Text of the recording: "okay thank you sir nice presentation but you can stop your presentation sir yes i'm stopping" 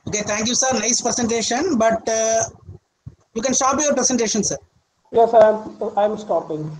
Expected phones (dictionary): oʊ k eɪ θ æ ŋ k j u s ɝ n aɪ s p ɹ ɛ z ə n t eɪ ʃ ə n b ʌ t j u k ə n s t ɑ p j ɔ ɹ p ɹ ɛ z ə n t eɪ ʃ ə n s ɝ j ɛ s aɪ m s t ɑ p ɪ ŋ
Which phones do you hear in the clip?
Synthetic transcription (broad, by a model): oʊ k eɪ t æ ŋ k j u s ɝ n aɪ s p ɹ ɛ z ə n t eɪ ʃ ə n b ʌ t j u k ə n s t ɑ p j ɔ ɹ p ɹ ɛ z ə n t eɪ ʃ ə n s ɝ j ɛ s aɪ m s t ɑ p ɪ ŋ